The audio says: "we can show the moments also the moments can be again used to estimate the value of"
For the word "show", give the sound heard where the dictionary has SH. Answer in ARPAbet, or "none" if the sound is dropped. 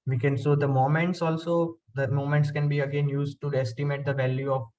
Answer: S